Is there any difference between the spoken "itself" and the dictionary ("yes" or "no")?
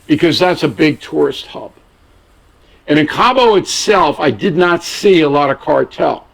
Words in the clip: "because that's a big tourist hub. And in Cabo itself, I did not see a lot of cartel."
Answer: no